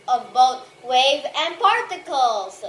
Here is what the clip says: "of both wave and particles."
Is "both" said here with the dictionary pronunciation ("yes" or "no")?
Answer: no